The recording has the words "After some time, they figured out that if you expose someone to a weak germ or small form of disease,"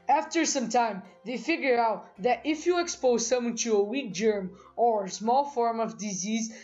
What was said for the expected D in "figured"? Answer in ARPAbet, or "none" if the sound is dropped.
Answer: none